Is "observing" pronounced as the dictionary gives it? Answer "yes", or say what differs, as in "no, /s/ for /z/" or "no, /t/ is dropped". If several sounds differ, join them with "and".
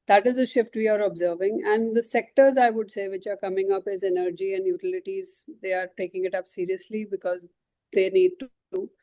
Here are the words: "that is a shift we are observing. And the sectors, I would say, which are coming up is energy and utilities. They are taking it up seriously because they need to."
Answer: yes